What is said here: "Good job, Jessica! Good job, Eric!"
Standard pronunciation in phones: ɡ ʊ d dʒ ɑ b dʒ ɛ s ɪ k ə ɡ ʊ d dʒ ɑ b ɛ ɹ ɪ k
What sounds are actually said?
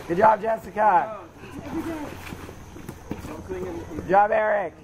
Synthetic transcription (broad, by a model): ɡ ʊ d dʒ ɑ b dʒ ɛ s ɪ k ə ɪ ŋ dʒ ɑ b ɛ ɹ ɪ k